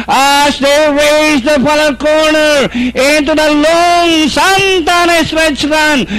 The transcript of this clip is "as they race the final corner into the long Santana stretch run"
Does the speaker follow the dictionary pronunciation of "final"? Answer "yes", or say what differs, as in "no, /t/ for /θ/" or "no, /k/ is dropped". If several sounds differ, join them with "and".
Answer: no, /l/ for /n/